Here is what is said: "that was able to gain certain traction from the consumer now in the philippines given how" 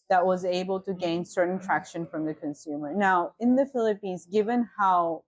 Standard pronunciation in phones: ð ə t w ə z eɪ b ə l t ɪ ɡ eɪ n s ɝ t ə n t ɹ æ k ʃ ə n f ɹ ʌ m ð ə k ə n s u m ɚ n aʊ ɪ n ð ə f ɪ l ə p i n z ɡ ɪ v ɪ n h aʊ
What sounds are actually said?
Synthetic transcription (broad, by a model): ð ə t w ə z eɪ b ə l t ɪ ɡ eɪ n s ɝ t n t ɹ æ k ʃ ə n f ɹ ʌ m ð ə k ə n s u m ɚ n aʊ ɪ n ð ə f ɪ l ə p i n z ɡ ɪ v ɪ n h aʊ